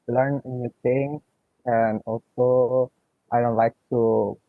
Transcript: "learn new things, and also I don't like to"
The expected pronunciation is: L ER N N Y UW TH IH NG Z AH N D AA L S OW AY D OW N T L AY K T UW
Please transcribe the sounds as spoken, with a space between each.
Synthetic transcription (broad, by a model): L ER N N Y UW T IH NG AH N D AA L S OW AY D OW N T L AY K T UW